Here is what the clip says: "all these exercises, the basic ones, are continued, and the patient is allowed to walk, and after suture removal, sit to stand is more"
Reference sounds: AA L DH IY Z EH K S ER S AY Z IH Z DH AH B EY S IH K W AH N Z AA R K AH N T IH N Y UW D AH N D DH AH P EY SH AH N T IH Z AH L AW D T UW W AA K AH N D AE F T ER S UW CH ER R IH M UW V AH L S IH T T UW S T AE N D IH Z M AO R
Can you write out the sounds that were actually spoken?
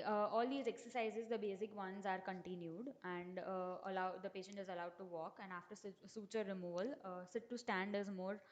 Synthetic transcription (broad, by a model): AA L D IY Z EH K S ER S AY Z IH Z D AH B EY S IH K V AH N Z AA R K AH N T IH N Y UW D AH N D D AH P EY SH AH N T IH Z AH L AW D T UW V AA K AH N D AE F T ER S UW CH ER R IH M UW V AH L S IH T T UW S T AE N D IH Z M AO R